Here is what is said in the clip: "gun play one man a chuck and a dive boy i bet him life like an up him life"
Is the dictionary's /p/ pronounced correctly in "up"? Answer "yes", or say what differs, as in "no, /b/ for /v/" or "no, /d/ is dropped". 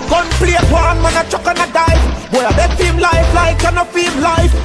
no, /f/ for /p/